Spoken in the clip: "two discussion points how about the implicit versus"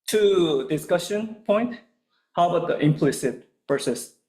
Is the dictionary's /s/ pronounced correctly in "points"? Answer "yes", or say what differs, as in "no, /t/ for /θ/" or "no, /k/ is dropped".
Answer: no, /s/ is dropped